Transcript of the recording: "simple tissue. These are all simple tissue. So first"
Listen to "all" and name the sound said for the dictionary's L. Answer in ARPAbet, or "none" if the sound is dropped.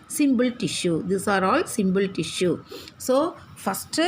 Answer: L